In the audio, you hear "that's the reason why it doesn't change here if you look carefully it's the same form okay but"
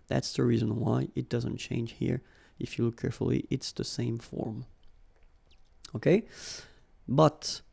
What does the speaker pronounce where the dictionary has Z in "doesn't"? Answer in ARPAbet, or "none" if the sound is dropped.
Z